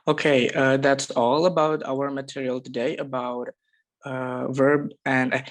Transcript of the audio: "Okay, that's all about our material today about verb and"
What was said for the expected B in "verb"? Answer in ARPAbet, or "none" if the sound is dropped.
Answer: B